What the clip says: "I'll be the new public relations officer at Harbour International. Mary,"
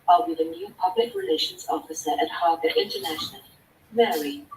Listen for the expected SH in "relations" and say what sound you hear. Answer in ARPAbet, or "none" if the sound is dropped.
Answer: SH